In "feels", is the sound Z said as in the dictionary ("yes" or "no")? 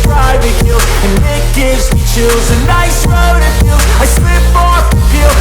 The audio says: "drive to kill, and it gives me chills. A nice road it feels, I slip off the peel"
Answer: no